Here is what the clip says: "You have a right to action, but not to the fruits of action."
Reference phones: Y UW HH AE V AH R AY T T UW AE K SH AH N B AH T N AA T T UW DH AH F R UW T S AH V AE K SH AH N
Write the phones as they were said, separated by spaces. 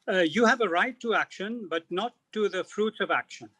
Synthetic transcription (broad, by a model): Y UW HH AE V AH R AY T T UW AE K SH AH N B AH T N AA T T UW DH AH F R UW T S AH V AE K SH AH N